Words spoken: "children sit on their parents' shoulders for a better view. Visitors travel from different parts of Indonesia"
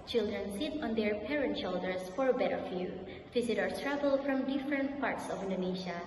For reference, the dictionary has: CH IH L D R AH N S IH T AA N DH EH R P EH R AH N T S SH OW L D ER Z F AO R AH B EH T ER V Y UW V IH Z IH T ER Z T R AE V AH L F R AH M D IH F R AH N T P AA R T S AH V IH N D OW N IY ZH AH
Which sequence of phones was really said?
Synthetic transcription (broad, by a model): CH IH L D R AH N S IH T AA N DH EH R P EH R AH N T SH OW L D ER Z F AO R AH B EH T ER F Y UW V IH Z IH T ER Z T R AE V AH L F R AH M D IH F R AH N T P AA R T S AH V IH N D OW N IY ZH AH